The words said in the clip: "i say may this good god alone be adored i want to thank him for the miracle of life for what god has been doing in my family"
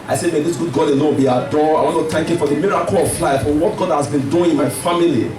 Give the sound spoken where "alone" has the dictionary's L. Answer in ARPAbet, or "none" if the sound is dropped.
N